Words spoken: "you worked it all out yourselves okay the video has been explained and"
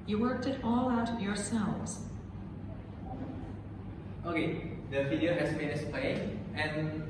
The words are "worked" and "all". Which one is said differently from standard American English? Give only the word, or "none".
none